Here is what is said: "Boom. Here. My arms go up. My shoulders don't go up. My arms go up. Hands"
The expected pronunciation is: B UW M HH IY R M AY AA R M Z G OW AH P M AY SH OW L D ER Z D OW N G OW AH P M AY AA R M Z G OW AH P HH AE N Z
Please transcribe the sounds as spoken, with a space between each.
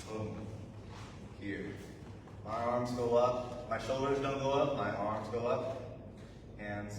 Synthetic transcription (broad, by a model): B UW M HH IY R M AY AA R M Z G OW AH P M AY SH OW L D ER Z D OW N G OW AH P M AY AA R M Z G OW AH P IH N